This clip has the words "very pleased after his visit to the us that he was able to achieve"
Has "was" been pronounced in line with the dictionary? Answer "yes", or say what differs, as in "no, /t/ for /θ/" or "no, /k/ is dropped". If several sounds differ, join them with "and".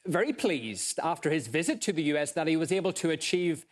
yes